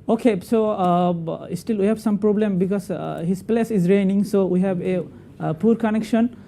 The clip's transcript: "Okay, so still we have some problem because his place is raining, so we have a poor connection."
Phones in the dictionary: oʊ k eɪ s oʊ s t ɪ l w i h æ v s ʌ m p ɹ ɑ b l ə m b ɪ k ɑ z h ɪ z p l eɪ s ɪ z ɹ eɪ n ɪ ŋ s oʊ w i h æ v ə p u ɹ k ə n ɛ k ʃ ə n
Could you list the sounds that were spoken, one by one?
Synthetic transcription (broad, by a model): oʊ k eɪ s oʊ s t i l w i h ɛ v s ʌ m p ɹ ɑ b l ə m b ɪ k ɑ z h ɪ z p l eɪ s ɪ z ɹ eɪ n ɪ ŋ s oʊ w i h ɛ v ə p u ɹ k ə n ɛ k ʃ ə n